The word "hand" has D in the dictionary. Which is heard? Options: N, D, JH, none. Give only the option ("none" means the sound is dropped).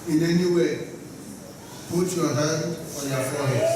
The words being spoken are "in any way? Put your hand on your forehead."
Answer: none